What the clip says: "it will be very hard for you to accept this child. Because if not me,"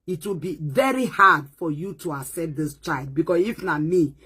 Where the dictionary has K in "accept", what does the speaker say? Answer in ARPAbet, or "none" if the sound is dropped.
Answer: none